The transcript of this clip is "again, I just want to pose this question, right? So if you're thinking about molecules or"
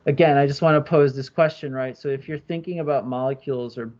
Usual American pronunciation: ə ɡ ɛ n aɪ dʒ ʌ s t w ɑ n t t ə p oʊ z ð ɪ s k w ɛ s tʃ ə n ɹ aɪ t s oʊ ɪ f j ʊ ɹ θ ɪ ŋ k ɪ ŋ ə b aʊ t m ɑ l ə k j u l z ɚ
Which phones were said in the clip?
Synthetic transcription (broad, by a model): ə ɡ ɛ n aɪ dʒ ʌ s t w ɑ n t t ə p oʊ z ð ɪ s k w ɛ s tʃ ə n ɹ aɪ t s oʊ ɪ f j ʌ ɹ θ ɪ ŋ k ɪ ŋ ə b aʊ t m ɑ l ə k j u l z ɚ